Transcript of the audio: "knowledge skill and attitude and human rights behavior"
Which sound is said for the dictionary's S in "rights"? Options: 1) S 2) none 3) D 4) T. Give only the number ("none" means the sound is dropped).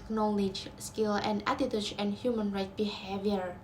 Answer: 2